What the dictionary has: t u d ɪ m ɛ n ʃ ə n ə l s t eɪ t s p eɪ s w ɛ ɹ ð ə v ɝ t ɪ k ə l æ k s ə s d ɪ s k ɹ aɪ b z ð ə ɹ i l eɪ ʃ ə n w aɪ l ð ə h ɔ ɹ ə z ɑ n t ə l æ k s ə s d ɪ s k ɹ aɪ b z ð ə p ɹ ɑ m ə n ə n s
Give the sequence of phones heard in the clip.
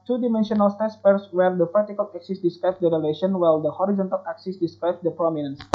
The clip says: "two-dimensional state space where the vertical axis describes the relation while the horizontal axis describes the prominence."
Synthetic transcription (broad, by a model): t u d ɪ m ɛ n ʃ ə n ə l s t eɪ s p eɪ s w ɛ ɹ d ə p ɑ t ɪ k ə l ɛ k s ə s d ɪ s k ɹ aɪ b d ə ɹ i l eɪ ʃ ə n w aɪ l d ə h ɔ ɹ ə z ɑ n t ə l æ k s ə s d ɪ s k ɹ aɪ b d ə p ɹ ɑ m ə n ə n s